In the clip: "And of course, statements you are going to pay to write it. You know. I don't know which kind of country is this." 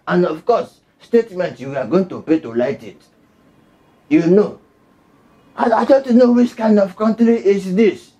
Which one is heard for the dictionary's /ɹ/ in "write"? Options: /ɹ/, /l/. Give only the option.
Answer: /l/